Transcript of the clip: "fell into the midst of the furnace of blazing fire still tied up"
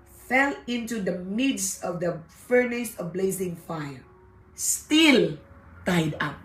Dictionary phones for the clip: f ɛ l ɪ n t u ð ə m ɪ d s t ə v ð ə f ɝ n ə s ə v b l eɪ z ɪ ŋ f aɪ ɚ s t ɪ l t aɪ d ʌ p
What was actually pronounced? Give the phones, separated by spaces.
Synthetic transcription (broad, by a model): f ɛ l ɪ n t u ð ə m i d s ə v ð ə f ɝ n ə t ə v b l eɪ z ɪ ŋ f aɪ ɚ s t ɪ l t aɪ d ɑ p